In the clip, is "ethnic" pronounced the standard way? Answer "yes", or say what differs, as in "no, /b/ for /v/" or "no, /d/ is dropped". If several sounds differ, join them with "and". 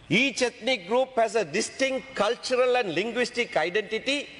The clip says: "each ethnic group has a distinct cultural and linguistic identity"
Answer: no, /t/ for /θ/